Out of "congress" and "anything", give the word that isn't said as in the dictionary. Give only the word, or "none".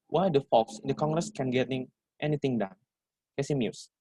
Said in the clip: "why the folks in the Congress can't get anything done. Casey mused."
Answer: anything